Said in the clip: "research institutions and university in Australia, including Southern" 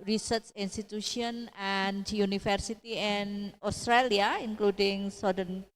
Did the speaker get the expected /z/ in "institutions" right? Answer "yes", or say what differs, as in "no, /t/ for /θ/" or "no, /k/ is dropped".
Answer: no, /z/ is dropped